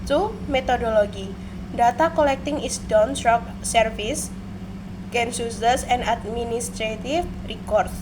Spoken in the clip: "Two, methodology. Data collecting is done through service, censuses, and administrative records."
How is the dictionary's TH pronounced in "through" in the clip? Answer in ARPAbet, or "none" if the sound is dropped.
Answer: S